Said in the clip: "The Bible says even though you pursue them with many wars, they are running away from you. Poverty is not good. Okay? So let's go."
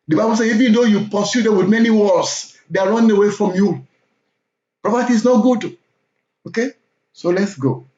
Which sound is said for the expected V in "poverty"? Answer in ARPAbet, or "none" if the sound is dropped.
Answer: P